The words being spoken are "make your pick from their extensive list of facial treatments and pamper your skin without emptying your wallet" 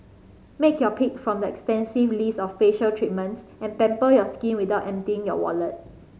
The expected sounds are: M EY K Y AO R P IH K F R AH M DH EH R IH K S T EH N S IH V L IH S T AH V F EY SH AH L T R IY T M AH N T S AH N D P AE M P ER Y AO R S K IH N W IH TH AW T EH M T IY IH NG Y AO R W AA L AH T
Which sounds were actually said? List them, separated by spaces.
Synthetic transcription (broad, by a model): M EY K Y AO P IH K F R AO M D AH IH K S T EH N S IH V L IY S AH F F EY SH AH L T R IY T M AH N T S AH N P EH M P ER Y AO S K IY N W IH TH AW T EH M T IY IH NG Y AO W AA L AH T